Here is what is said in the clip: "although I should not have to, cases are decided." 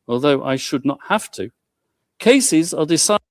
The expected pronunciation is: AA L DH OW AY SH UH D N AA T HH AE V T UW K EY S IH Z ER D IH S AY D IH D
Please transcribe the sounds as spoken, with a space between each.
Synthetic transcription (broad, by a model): AA L DH OW AY SH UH D N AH T HH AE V T UW K EY S IH Z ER D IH S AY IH